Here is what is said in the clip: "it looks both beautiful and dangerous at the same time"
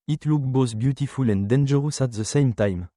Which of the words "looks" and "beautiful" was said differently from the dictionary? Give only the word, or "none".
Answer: looks